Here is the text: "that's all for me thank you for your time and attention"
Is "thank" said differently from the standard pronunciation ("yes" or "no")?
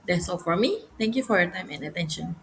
yes